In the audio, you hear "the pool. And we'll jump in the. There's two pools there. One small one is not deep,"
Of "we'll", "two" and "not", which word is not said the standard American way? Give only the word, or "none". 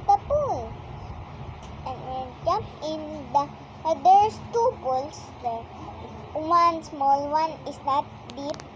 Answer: we'll